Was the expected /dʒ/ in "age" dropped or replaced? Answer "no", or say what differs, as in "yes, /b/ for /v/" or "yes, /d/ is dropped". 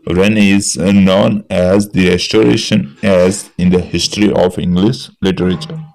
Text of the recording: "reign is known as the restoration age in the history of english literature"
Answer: yes, /z/ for /dʒ/